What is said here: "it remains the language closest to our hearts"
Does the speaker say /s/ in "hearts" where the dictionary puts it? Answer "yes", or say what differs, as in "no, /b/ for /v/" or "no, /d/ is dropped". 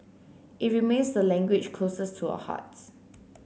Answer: no, /s/ is dropped